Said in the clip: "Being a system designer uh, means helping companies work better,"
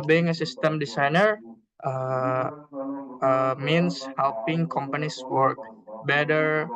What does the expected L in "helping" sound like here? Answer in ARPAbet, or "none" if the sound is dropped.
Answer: L